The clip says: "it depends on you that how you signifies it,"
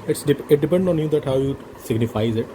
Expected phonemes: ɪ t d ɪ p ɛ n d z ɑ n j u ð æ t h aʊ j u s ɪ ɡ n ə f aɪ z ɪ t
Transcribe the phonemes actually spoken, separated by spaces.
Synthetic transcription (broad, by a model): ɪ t d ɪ p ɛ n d ɑ n j u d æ t h aʊ j u s ɪ ɡ n ə f aɪ z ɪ t